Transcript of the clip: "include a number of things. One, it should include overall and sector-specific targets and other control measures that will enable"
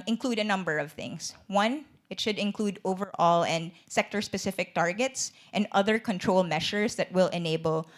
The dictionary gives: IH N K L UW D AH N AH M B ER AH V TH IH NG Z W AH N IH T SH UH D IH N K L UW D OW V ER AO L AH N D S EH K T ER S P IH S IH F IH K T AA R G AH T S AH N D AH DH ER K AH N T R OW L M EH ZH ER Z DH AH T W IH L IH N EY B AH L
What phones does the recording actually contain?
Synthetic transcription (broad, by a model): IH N K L UW D AH N AH M B ER AH V TH IH NG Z W AH N IH T SH UH D IH N K L UW D OW V ER AO L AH N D S EH K T ER S P IH S IH F IH K T AA R G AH T S AH N D AH DH ER K AH N T R OW L M EH SH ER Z DH AH T W IH L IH N EY B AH L